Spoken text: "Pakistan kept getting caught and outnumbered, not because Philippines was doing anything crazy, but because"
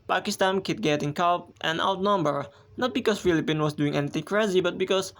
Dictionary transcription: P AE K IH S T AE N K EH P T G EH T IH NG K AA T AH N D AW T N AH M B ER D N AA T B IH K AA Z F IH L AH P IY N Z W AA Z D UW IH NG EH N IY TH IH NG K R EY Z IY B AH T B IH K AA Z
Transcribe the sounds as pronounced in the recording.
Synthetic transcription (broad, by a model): P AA K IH S T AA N K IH T G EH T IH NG K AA T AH N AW T N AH M B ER N AA T B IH K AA S F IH L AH P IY N W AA S D UW IH NG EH N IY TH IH NG K R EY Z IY B AH T B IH K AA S